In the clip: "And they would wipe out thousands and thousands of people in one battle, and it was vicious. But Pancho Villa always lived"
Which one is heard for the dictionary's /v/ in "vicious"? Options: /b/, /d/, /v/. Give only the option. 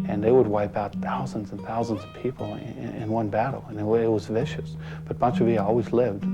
/v/